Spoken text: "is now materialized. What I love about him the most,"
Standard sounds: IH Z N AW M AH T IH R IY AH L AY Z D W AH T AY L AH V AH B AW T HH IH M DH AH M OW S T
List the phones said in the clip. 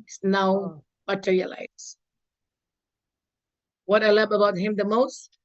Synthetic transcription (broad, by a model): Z N AW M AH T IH R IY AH L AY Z W AH T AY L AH B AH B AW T HH IH M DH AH M OW S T